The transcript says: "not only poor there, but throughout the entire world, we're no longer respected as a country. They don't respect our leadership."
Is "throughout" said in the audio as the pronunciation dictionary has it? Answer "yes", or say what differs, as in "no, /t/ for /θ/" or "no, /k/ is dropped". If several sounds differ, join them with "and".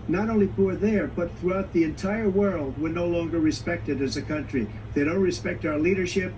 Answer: yes